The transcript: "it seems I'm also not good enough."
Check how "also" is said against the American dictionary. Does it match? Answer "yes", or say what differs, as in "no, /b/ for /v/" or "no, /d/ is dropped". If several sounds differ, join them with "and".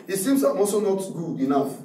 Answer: no, /l/ is dropped